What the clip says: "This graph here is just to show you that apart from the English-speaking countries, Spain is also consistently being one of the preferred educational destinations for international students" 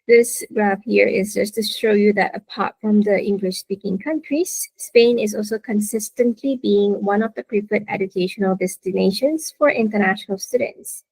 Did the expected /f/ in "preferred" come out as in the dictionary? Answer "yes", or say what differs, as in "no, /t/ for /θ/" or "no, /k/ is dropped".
no, /p/ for /f/